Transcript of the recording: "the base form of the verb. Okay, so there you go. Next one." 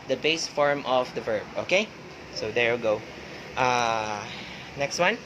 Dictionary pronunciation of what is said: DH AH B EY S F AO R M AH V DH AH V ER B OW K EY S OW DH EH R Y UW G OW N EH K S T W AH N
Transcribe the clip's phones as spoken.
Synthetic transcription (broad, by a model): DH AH B EY S F AO R M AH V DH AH V ER B OW K EY S OW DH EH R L G OW N EH K S T W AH N